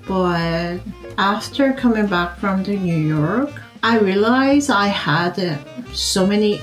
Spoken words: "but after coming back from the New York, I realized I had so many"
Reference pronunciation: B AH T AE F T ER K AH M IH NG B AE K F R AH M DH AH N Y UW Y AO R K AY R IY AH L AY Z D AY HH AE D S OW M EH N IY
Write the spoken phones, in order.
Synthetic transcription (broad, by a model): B AH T AE F T ER K AH M IH NG B AE K F R AH M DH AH N Y UW Y AO R K AY R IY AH L AY Z AY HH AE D S OW M EH N IY